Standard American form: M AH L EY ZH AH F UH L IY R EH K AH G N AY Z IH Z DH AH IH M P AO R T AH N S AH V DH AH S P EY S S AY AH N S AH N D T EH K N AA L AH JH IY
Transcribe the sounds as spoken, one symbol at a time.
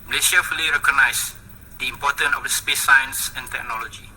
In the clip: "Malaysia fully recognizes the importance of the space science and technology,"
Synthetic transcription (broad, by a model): M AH L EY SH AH F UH L IY R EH K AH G N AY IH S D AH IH M P AO T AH N AH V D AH S P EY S S AY AH N S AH N T EH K N AA L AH JH IY